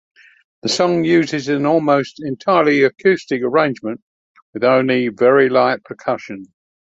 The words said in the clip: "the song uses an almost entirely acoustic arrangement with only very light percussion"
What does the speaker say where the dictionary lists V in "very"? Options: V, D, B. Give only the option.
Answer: V